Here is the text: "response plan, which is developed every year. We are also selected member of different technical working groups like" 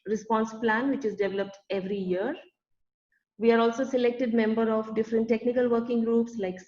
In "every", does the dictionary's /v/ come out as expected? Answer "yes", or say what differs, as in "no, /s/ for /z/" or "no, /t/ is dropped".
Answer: yes